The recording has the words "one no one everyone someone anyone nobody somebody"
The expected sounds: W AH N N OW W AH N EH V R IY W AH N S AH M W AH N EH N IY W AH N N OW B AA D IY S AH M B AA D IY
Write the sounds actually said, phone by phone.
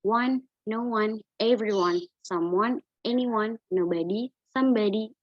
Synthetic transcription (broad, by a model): W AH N N OW W AH N EH V R IY W AH N S AH M W AH N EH N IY W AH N N OW B AA D IY S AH M B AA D IY